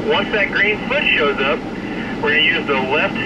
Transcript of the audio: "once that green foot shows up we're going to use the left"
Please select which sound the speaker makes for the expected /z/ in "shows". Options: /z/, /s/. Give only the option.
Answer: /z/